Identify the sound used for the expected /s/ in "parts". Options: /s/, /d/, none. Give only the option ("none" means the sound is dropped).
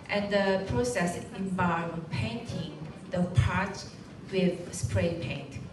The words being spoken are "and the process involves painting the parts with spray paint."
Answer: none